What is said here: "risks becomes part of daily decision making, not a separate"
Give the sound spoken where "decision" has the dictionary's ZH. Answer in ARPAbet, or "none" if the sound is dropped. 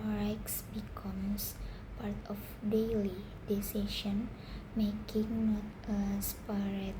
SH